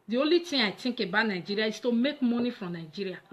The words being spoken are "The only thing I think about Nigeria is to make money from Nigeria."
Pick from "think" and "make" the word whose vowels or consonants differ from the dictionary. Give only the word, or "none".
think